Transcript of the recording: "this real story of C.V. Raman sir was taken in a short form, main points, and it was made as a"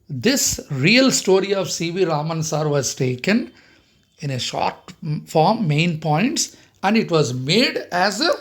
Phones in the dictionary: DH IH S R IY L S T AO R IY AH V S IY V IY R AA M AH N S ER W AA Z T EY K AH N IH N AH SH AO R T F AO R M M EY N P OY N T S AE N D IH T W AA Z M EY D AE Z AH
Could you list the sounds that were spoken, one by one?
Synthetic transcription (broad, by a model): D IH S R IY L S T AO R IY AH V S IY V IY R AA M AH N S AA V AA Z T EY K AH N IH N AH SH AO R T F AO R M M EY N P OY N T S AE N D IH T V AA Z M EY D AE Z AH